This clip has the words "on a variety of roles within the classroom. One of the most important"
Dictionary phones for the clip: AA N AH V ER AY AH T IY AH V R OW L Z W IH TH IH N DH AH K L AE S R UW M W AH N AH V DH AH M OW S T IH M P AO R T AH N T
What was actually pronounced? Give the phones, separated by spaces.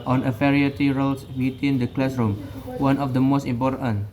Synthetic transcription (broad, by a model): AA N AH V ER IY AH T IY R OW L S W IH T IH N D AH K L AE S R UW M W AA N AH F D AH M OW S T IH M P AO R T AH N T